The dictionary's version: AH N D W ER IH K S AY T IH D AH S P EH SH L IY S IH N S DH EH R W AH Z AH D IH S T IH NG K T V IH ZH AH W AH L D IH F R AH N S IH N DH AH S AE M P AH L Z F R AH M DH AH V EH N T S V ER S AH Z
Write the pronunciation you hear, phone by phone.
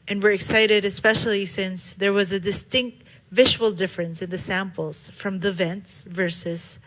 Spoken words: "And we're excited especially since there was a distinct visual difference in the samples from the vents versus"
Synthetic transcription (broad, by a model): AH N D W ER IH K S AY T IH D AH S P EH SH L IY S IH N S DH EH R W AH Z AH D IH S T IH NG K T V IH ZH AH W L D IH F R AH N S IH N DH AH S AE M P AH L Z F R AH M DH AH V EH N T S V ER S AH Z